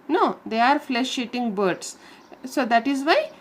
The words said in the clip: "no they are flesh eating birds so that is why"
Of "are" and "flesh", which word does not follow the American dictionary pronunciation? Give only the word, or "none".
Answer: none